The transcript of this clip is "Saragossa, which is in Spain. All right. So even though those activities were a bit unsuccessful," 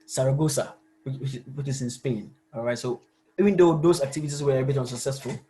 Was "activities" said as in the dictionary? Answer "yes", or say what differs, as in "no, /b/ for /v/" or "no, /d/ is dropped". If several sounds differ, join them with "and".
no, /s/ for /z/